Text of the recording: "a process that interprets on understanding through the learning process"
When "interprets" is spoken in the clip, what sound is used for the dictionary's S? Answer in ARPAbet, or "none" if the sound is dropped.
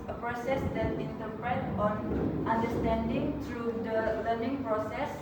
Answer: none